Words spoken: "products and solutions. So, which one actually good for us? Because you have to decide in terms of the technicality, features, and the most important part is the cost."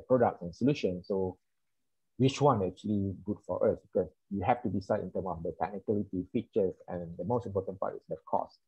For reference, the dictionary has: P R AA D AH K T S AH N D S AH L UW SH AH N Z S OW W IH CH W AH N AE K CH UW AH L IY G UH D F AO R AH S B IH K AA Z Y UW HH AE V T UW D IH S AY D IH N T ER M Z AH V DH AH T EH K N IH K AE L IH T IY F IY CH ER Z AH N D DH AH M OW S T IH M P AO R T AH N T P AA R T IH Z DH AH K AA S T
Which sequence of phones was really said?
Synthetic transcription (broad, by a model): P R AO D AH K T S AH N S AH L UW SH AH N S OW W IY CH W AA N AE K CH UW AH L IY G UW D F AO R AH S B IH K AA S Y UW HH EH F T UW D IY S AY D IH N T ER M AH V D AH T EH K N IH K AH L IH T IY F IY CH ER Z AH N D AH M OW S T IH M P AO T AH N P AA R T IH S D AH K AA S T